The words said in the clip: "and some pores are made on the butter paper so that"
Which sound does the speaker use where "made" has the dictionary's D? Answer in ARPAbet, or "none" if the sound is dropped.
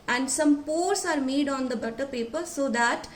D